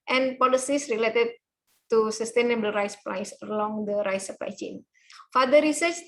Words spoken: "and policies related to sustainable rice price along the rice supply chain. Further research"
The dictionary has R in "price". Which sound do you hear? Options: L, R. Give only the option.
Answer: L